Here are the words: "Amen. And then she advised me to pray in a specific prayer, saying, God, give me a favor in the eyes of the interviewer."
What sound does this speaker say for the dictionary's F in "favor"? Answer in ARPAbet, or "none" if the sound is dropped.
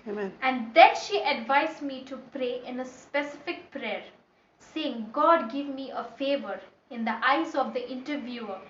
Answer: F